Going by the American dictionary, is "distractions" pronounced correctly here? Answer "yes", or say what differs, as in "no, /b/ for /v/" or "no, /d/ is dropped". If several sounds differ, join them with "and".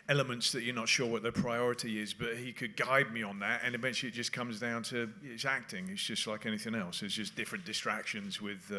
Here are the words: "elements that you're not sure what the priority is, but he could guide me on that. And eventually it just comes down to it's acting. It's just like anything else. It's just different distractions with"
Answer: yes